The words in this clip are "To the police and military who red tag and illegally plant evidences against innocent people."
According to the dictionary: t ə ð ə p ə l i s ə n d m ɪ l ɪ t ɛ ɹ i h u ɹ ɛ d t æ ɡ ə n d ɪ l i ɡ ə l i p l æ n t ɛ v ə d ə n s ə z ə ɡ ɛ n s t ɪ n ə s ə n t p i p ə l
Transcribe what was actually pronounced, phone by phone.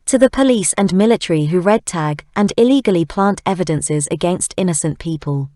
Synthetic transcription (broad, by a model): t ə ð ə p ə l i s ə n m ɪ l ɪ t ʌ ɹ i h u ɹ ɛ d t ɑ ɡ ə n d ɪ l i ɡ ə l i p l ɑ n t ɛ v ə d ə n s ə z ə ɡ ɛ n s t ɪ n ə s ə n p i p ə l